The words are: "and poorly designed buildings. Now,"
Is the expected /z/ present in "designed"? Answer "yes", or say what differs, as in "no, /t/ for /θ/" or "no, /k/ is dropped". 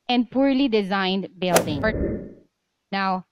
yes